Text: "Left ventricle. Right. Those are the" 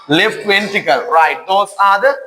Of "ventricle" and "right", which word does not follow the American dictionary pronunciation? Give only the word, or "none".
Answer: ventricle